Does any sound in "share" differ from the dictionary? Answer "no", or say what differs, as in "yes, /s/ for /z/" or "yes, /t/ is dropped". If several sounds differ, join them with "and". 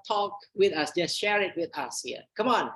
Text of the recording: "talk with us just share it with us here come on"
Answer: no